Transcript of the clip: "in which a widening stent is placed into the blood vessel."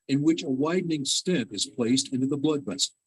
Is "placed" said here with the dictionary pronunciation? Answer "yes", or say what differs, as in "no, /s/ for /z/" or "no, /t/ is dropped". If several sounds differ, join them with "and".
yes